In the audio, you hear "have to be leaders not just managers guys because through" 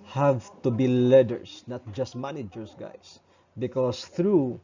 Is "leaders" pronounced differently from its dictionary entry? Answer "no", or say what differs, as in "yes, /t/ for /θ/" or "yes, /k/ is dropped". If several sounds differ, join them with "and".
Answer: yes, /s/ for /z/